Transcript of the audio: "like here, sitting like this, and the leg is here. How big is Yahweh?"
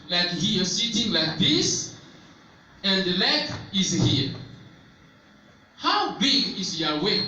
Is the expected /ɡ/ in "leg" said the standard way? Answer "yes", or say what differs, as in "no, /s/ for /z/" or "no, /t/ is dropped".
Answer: no, /ɡ/ is dropped